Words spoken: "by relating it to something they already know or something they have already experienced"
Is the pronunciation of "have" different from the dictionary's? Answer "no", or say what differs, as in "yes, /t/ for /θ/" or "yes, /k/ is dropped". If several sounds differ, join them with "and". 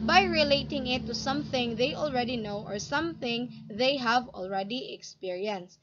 no